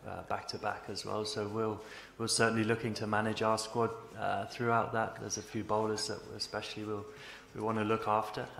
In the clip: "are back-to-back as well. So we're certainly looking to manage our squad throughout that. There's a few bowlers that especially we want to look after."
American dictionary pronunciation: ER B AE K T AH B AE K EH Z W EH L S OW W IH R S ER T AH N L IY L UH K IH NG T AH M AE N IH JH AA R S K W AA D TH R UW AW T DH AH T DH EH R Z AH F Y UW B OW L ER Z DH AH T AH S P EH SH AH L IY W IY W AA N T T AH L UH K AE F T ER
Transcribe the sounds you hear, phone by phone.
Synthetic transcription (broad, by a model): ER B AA K T AH B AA K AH Z W EH L S OW W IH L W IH S AH N L IY L UH K IH NG T AH M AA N IH JH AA S K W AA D TH R UW AW T DH AH T DH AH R Z AH F Y UW B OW L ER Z DH AH T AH S P EH SH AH W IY W IY W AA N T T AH L UH K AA F T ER